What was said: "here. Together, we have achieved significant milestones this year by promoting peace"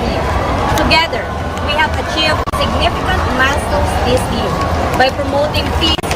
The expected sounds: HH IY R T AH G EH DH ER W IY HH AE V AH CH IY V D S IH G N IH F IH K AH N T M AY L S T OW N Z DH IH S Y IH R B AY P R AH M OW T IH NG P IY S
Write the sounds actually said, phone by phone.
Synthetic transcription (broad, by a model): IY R T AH G EH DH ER W IY HH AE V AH CH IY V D S IH G N IH F IH K AH N T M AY S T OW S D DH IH S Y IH R B AY P R AH M OW T IH NG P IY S